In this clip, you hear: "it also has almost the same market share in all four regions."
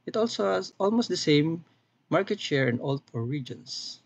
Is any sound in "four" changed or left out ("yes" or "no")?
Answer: yes